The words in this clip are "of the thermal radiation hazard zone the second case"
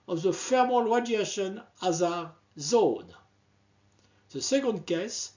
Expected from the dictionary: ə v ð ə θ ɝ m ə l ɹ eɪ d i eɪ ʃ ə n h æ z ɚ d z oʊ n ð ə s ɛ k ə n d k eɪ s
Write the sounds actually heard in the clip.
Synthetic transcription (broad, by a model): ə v ð ə f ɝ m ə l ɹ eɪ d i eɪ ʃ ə n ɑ z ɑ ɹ z oʊ n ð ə s ɛ k ə n d k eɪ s